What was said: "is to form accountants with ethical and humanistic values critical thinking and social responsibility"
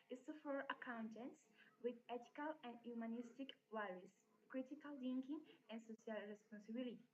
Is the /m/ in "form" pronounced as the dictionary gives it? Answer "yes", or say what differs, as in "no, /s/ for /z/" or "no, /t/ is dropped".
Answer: no, /m/ is dropped